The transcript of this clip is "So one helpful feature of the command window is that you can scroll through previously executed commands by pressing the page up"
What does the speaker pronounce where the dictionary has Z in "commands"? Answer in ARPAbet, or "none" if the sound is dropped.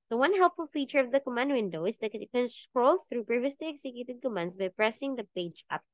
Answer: S